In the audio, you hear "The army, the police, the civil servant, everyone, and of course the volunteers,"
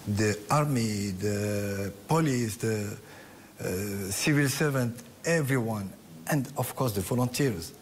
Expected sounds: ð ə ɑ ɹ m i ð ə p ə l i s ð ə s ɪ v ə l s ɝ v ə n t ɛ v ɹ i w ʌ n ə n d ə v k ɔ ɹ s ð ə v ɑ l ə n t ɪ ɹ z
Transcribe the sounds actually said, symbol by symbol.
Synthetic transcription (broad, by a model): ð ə ɑ ɹ m i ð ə p ə l i s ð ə s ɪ v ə l s ɝ v ə n t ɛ v ɹ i w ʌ n ə n d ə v k ɔ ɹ s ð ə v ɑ l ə n t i ɹ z